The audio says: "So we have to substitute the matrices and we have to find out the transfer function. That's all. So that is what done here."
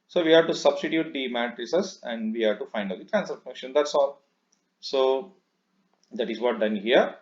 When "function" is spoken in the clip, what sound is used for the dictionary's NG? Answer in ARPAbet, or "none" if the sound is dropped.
none